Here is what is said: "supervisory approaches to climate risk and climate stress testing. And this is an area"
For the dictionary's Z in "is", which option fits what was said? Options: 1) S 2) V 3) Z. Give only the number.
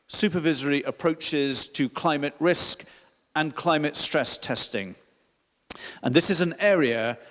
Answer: 3